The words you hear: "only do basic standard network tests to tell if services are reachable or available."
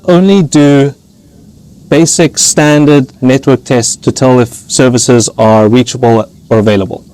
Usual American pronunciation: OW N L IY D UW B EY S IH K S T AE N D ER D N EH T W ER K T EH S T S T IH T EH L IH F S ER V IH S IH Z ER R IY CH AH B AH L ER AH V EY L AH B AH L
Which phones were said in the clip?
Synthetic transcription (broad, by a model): OW N L IY D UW B EY S IH K S T AE N D ER D N EH T W ER K T EH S S T IH T EH L IH F S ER V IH S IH Z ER R IY CH AH B AH L ER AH V EY L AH B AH L